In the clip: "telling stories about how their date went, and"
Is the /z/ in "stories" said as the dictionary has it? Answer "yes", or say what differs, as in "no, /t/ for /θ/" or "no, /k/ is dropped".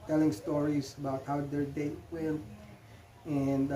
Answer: no, /s/ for /z/